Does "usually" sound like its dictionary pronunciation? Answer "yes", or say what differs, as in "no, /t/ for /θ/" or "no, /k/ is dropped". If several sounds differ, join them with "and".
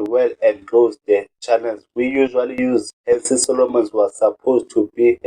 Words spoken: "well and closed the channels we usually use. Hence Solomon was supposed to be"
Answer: yes